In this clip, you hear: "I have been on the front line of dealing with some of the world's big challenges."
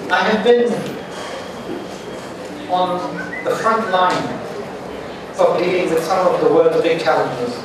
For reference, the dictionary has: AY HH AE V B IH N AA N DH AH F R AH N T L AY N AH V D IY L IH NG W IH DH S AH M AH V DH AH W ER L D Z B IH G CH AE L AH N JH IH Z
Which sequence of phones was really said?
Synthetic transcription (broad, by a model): AY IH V B IH N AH N DH AH F R AH N T L AY N AH V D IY IH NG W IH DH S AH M AH V DH AH W ER L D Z B IH G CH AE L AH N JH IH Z